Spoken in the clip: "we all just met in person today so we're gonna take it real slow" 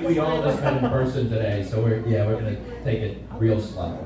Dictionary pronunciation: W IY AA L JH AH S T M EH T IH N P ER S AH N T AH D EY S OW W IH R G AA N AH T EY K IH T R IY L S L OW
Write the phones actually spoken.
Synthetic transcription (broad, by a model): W IY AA L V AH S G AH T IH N P ER S AH N T AH D EY S OW W IH R G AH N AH T EY K IH T R IY L S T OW